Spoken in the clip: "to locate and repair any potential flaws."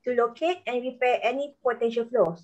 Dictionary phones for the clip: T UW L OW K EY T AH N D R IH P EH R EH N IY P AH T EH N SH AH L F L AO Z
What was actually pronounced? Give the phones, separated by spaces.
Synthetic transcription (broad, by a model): T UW L OW K EY T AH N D R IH P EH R EH N IY P AH T EH N SH AH L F L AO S